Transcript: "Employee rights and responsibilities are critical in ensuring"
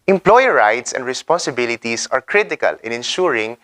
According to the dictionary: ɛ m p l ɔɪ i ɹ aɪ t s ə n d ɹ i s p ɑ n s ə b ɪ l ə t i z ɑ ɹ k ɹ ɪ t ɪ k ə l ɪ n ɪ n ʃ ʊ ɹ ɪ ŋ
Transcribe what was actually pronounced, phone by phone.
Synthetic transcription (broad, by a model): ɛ m p l ɔɪ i ɹ aɪ t s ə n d ɹ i s p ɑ n s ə b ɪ l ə t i s ɑ ɹ k ɹ ɪ t ɪ k ə l ɪ n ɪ n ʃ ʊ ɹ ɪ ŋ